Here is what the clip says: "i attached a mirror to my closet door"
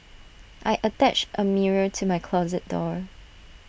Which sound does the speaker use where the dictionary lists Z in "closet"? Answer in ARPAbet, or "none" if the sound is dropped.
Z